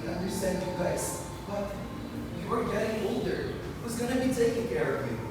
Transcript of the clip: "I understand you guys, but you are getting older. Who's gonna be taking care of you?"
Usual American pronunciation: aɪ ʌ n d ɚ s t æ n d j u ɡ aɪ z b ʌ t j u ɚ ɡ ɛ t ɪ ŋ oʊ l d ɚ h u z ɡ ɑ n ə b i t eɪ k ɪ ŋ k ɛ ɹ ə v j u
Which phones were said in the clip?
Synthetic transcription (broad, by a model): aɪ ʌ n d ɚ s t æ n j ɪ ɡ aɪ s b ʌ t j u ɚ ɡ ɛ t ɪ ŋ oʊ l d ɚ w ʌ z ɡ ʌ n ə b i t eɪ k ɪ ŋ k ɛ ɹ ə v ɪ